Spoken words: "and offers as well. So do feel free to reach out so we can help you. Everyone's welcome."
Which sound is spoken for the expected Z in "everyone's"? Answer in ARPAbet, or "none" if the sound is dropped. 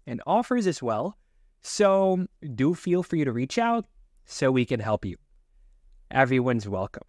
Z